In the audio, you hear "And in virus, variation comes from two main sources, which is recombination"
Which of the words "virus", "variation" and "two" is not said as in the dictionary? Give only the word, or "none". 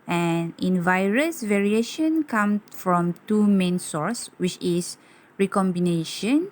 none